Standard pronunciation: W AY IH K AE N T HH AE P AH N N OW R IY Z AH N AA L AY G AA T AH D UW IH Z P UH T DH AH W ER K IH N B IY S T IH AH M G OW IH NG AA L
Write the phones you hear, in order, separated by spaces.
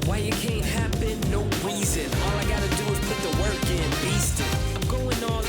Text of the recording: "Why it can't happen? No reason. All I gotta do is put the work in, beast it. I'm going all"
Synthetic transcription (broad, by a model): W AY IH K AE N T HH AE B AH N N OW R IY Z AH N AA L AY G AA T AH D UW IH Z P UH T DH AH W ER K IH N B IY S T IH AH M G OW IH NG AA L